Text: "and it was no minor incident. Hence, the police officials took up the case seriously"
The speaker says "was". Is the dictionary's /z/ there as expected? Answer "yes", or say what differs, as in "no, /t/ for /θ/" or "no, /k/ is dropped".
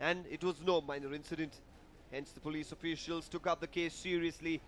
yes